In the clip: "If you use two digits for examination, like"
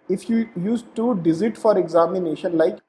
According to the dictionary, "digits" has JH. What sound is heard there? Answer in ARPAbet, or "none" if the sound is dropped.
Z